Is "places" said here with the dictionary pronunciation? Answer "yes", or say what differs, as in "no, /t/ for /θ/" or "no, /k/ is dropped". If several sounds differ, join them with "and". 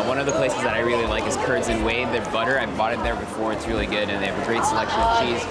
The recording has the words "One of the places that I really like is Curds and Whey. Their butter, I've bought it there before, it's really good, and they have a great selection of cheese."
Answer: yes